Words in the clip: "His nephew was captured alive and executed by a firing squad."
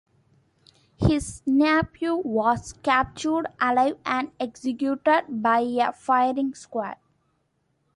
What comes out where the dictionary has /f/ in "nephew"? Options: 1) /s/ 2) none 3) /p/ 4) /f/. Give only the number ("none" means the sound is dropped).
3